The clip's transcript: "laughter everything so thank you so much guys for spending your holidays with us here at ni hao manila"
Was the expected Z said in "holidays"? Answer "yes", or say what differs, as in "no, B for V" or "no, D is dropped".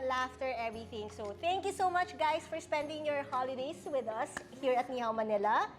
no, S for Z